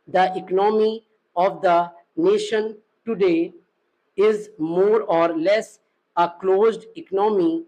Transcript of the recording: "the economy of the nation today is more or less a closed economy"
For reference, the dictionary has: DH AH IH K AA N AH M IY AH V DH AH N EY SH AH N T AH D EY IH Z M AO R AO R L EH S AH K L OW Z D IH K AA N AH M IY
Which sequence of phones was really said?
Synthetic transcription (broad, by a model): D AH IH K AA N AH M IY AH V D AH N EY SH AH N T AH D EY IH Z M AO R AO R L EH S AH K L OW Z D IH K N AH M IY